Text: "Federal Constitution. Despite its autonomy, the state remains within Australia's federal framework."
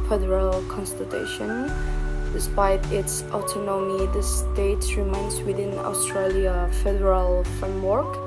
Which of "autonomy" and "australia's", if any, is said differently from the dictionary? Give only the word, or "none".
australia's